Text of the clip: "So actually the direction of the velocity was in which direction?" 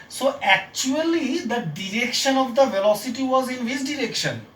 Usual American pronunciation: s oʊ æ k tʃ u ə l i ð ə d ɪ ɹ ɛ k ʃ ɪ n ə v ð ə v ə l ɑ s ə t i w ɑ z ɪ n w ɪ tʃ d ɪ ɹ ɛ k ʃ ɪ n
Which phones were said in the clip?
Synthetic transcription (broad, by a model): s oʊ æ k tʃ u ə l i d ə d ɪ ɹ ɛ k ʃ ɪ n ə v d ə v ə l ɑ s ə t i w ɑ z ɪ n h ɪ s d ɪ ɹ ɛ k ʃ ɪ n